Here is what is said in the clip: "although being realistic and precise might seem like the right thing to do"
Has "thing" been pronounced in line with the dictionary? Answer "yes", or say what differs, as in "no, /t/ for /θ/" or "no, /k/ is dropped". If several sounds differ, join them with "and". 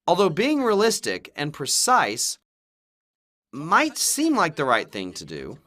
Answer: yes